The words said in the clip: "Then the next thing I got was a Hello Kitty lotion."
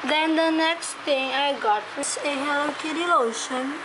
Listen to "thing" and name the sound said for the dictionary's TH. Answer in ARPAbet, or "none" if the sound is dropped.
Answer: T